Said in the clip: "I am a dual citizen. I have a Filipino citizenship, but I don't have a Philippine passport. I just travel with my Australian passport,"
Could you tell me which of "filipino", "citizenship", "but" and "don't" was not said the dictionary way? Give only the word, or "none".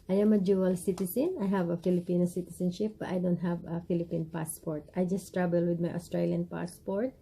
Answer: citizenship